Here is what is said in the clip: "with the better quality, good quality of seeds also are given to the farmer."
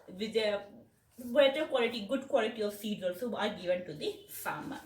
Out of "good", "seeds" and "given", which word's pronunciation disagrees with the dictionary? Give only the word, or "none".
seeds